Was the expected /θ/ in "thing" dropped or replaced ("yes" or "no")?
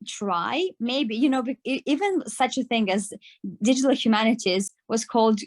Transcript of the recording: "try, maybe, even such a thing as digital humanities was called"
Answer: no